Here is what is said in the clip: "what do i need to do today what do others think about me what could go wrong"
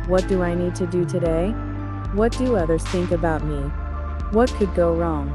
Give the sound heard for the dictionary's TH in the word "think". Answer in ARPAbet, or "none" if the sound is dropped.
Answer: TH